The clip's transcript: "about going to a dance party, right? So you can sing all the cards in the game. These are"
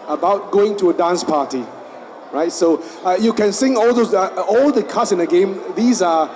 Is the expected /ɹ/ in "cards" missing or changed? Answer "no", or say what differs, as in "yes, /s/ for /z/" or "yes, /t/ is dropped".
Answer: yes, /l/ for /ɹ/